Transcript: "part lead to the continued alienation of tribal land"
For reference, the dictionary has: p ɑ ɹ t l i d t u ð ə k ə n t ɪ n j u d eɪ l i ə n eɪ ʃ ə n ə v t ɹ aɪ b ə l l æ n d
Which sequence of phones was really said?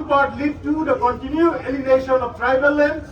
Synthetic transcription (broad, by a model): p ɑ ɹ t l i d t u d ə k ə n t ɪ n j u eɪ l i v eɪ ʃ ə n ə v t ɹ aɪ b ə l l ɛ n